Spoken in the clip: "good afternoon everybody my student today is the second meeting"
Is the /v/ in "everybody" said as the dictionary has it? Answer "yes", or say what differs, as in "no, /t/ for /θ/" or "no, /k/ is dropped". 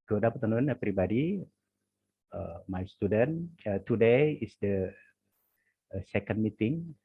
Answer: no, /p/ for /v/